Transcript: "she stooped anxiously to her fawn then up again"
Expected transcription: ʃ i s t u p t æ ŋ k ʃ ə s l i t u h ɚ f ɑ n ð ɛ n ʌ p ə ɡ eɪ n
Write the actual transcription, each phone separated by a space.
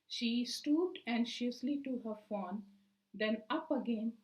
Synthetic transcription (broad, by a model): ʃ i s t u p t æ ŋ ʃ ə s l i t u h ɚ f ɑ n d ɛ n ʌ p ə ɡ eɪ n